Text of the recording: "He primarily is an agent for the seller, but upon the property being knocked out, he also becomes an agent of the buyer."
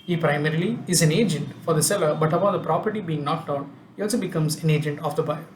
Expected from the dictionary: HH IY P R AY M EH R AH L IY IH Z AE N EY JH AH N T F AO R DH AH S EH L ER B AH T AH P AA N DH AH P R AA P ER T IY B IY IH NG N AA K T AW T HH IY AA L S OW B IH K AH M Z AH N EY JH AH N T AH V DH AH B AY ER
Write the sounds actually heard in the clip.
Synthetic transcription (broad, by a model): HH IY P R AY M EH R AH L IY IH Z AE N EY JH AH N T F AO R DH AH S EH L ER B AH T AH B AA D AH P R AA P ER T IY B IY IH NG N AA K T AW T HH IY AA L S OW B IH K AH M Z AH N EY JH AH N T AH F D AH B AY